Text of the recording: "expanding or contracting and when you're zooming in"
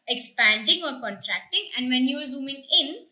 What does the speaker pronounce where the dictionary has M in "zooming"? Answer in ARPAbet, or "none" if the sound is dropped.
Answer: M